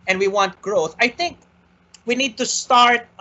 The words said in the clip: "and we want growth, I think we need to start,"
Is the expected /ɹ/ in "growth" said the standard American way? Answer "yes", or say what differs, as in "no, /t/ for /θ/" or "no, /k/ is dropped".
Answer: yes